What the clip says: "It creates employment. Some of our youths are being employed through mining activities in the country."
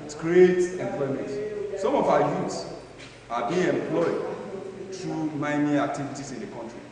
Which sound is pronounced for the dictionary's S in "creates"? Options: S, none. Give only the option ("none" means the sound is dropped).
none